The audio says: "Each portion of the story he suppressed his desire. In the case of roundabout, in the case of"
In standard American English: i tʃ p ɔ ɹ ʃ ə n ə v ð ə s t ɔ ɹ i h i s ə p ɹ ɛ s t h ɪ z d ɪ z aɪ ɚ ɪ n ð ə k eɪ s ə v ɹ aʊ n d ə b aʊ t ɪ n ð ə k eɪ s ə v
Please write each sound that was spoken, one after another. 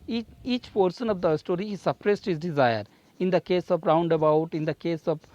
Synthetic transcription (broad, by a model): i tʃ p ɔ ɹ s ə n ə v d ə s t ɔ ɹ i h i s ə p ɹ ɛ s t h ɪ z d ɪ z aɪ ɚ ɪ n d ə k eɪ s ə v ɹ aʊ n d ə b aʊ t ɪ n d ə k eɪ s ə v